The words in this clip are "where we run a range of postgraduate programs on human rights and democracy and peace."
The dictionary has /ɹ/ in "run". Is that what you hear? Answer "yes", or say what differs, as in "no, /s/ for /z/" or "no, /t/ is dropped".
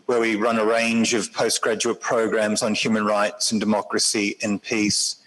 yes